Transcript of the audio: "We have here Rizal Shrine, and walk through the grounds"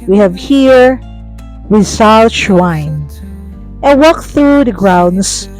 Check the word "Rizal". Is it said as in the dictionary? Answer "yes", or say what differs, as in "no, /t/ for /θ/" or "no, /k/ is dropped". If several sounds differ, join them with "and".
no, /w/ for /ɹ/ and /s/ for /z/